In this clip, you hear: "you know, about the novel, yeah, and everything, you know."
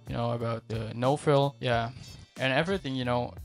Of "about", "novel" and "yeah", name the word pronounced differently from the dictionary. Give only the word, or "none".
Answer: novel